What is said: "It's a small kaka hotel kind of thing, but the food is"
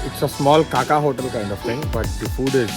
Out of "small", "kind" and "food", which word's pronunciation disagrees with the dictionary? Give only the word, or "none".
none